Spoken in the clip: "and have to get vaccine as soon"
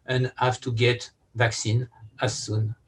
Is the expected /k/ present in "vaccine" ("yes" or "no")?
yes